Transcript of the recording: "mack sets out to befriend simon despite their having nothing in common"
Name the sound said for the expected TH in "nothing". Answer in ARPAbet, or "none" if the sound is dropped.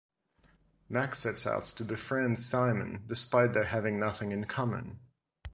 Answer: TH